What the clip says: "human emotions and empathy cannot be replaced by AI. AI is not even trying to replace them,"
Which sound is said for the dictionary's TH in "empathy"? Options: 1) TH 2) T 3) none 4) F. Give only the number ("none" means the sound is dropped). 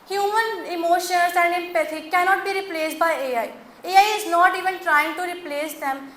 2